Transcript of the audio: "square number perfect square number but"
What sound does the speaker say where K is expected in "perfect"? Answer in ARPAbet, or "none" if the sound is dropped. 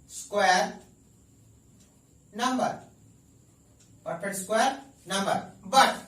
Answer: none